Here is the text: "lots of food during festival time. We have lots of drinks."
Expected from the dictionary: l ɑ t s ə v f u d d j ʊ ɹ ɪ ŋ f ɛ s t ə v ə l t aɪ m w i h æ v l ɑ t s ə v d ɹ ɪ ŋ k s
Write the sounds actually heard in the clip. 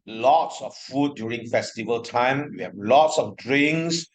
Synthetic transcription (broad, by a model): l ɑ t s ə f f u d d j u ɹ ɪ ŋ f ɛ s t ə v ə l t aɪ m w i h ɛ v l ɑ t s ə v d ɹ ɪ ŋ s